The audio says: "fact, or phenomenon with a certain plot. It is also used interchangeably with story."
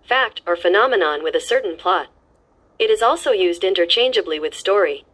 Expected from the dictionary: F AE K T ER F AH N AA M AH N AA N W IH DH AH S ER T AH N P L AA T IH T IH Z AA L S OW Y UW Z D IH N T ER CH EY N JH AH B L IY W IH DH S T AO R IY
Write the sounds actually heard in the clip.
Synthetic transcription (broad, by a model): F AE K T ER F AH N AA M AH N AA N W IH DH AH S ER T N P L AA T IH T IH Z AA L S OW Y UW Z D IH N T ER CH EY N JH AH B L IY W IH DH S T AO R IY